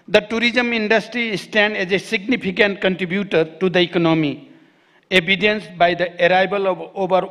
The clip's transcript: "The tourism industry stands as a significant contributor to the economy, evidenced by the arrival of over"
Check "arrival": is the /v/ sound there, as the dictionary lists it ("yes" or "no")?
no